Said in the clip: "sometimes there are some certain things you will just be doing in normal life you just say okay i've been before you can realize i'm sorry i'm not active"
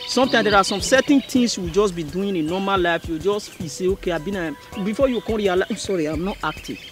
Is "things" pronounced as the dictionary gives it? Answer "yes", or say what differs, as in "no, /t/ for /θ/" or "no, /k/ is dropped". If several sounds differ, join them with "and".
no, /t/ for /θ/ and /s/ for /z/